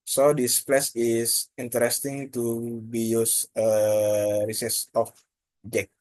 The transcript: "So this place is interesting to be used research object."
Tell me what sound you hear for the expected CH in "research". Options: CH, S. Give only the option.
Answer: S